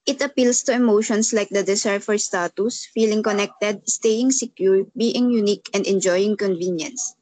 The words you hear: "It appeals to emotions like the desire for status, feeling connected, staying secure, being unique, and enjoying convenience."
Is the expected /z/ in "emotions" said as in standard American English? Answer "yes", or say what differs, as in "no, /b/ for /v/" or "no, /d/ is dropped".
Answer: no, /s/ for /z/